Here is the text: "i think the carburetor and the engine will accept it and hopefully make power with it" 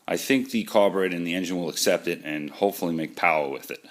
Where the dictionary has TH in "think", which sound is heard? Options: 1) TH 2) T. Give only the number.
1